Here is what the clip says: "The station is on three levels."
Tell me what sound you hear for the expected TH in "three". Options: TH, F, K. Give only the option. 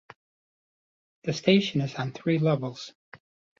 TH